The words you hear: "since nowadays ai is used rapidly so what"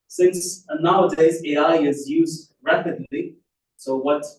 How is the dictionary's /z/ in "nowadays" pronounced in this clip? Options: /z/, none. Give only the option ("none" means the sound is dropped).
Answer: /z/